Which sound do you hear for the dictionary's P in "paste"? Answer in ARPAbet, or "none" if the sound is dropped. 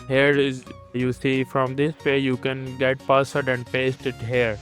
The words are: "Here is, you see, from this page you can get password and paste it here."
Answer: P